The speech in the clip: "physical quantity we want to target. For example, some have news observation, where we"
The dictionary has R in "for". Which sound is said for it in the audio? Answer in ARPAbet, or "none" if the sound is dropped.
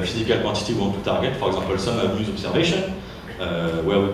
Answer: R